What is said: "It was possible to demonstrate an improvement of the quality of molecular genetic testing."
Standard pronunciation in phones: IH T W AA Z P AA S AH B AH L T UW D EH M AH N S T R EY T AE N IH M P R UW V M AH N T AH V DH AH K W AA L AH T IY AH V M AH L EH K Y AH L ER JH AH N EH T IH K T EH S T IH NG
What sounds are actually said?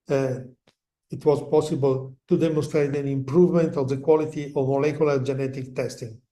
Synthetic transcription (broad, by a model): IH T W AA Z P AA S AH B AH L T UW D EH M AH N S T R EY T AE N IH M P R UW V M AH N T AH V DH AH K W AA L AH T IY AH V M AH L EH K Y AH L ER JH AH N EH T IH K T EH S T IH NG